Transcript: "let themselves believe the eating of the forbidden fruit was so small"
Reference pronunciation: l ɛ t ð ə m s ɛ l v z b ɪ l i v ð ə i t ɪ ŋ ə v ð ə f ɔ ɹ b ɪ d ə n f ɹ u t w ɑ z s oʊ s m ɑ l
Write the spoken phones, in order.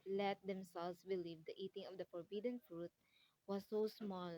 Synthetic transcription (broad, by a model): l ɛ t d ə m s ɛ l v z b ɪ l i v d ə i t ɪ ŋ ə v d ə f ɔ ɹ b ɪ d ə n f ɹ u t w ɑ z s oʊ s m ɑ l